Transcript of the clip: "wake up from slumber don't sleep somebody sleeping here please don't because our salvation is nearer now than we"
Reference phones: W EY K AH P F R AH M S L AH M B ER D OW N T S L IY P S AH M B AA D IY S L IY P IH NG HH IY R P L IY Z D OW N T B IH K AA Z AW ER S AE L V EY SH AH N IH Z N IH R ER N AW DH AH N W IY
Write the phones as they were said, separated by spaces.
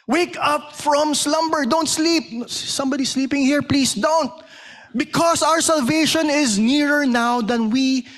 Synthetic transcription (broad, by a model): W EY K AH P F R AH M S L AH M B ER D OW N T S L IY P S AH M B AA D IY S L IY P IH NG HH IY R P L IY S D OW N T B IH K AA S AW ER S AE L V EY SH AH N IH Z N IH R ER N AW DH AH N W IY